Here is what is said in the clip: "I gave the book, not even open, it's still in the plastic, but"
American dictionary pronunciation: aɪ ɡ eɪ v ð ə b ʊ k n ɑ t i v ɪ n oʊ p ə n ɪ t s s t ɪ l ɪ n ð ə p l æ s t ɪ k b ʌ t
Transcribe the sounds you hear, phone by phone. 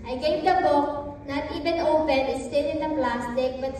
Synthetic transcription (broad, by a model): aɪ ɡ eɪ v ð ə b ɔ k n ɑ t i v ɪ n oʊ b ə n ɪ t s s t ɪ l ɪ n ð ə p l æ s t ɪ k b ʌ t